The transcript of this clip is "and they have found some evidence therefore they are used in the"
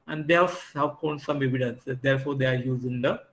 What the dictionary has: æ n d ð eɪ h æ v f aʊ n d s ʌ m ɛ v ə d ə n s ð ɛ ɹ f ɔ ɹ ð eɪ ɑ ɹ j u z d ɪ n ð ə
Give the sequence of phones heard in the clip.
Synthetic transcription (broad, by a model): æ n d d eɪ h æ v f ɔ n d s ʌ m ɛ v ə d ə n s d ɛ ɹ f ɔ ɹ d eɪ ɑ ɹ j u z ɪ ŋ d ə